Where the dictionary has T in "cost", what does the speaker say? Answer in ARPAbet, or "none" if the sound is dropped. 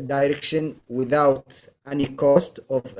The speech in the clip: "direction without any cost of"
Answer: T